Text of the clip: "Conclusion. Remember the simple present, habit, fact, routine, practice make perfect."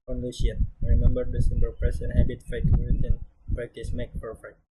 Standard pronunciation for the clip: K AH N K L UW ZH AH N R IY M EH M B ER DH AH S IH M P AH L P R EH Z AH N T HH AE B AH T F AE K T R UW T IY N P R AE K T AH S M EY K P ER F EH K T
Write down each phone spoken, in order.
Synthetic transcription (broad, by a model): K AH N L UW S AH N R IY M EH M B ER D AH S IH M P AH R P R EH S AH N HH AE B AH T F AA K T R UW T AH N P R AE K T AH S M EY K P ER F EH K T